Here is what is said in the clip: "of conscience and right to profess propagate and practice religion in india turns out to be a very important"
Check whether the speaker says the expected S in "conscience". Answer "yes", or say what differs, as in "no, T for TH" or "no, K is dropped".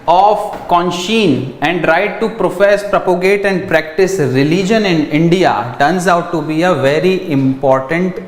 no, S is dropped